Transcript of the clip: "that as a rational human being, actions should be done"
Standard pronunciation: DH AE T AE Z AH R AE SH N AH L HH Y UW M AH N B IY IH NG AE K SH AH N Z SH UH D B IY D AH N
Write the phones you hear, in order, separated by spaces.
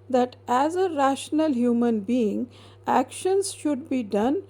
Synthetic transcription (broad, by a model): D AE T AE Z AH R AE SH N AH L HH Y UW M AH N B IY IH NG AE K SH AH N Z SH UH D B IY D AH N